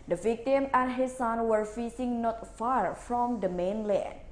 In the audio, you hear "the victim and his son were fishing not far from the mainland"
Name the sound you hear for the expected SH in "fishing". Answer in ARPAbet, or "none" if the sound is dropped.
S